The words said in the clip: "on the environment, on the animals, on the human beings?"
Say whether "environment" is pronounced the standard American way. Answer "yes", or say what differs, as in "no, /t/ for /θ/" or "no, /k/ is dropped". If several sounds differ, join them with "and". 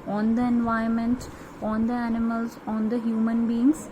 no, /ɹ/ is dropped